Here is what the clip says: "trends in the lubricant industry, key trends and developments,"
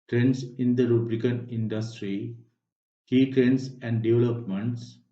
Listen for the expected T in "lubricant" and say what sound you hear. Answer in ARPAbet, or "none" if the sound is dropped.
none